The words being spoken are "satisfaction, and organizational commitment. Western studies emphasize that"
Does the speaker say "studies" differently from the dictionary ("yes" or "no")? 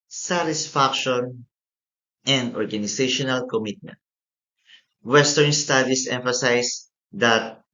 yes